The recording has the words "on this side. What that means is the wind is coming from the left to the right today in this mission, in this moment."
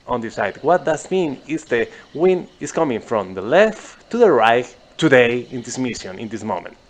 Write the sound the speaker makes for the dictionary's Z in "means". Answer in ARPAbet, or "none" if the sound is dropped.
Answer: none